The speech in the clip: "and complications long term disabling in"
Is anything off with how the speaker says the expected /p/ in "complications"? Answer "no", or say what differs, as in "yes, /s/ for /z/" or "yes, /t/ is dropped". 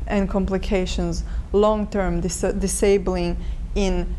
no